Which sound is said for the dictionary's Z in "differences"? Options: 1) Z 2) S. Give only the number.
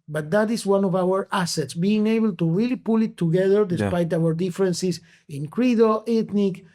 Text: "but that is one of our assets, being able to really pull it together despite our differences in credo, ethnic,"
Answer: 2